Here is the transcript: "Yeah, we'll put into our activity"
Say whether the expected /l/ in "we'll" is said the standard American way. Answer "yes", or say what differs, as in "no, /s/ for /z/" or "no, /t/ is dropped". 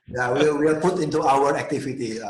no, /w/ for /l/